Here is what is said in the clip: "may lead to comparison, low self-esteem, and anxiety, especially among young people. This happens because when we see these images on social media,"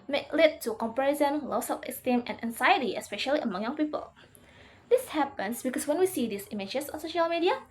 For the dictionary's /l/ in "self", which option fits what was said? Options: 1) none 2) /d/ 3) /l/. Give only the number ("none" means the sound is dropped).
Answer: 1